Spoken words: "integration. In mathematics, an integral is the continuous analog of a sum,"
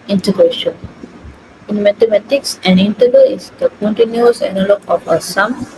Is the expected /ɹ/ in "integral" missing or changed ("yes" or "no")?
yes